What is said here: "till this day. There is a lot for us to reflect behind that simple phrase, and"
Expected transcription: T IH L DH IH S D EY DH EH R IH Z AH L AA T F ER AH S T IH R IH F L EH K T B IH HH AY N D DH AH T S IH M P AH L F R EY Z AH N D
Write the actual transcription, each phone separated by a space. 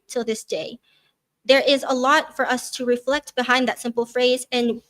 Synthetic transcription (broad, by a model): T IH L DH IH S D EY DH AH R IH Z AH L AA T F ER AH S T IH R IH F L EH K T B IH HH AY N DH AH T S IH M P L F R EY Z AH N